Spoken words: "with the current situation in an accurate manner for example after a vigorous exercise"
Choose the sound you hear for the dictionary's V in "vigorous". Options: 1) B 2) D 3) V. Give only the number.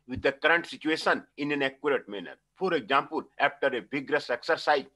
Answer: 1